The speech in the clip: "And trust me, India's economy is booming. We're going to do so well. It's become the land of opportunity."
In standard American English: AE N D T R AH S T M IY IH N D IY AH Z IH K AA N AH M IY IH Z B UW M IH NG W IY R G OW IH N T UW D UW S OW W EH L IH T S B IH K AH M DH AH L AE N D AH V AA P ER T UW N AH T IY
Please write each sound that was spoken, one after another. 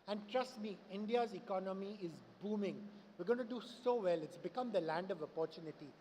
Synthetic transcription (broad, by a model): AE N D T R AH S T M IY IH N D IY AH Z IH K AA N AH M IY IH Z B UW M IH NG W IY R G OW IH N T UW D UW S OW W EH L IH T S B IH K AH M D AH L AE N D AH V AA P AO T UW N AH T IY